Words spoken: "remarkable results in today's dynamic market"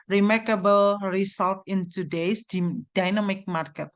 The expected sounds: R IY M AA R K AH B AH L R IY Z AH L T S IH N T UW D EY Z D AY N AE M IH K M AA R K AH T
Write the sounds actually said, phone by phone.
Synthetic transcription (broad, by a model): R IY M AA R K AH B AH L R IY S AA L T IH N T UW D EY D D AY N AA M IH K M AA R K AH T